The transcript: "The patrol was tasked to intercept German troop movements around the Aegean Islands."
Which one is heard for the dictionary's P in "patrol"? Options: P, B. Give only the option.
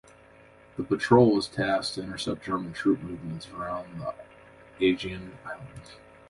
P